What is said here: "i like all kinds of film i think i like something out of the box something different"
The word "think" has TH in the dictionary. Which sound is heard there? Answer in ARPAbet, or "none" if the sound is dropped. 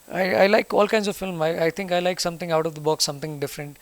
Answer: T